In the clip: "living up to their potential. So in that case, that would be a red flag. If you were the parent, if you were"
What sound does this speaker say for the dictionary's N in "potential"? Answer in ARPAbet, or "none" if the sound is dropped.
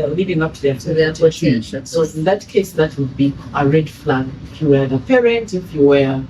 none